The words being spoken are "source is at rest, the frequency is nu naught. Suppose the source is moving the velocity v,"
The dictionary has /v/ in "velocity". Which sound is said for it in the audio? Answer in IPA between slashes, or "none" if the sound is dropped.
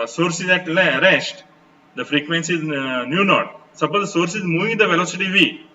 /v/